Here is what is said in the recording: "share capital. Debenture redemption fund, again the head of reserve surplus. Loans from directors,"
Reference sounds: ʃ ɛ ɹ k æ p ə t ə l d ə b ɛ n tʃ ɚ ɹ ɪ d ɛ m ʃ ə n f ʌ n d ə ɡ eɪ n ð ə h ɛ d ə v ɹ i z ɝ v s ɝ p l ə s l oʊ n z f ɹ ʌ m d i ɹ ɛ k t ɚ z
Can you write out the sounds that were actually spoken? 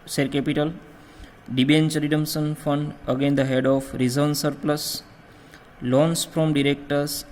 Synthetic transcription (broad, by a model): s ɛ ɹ k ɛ p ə t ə l d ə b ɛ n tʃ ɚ ɹ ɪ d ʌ m s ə n f ʌ n d ə ɡ eɪ n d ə h ɛ d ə f ɹ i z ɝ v s ɝ p l ə s l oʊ n s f ɹ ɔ m d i ɹ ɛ k t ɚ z